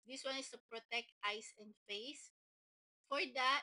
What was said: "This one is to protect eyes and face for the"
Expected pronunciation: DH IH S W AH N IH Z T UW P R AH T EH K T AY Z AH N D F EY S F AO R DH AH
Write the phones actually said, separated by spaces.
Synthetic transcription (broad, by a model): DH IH S W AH N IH S T UW P R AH T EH K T AY S AH N D F EY S F AO R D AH